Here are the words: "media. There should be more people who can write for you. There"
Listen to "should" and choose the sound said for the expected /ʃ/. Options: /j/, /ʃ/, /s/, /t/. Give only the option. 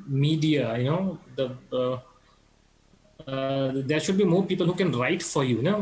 /ʃ/